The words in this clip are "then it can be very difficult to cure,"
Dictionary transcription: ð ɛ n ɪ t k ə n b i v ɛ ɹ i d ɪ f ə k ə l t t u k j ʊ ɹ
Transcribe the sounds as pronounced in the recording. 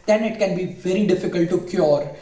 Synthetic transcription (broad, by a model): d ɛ n ɪ t k ə n b i v ɛ ɹ i d ɪ f ə k ə l t t u k j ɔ ɹ